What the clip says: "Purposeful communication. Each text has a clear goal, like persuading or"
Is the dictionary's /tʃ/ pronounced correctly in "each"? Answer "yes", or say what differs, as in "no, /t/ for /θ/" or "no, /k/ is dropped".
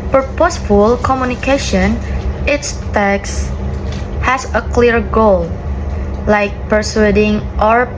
no, /s/ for /tʃ/